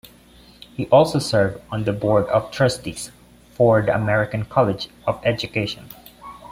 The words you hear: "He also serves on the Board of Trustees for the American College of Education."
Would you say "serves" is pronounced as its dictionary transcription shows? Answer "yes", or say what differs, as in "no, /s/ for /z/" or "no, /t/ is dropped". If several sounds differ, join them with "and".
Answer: no, /z/ is dropped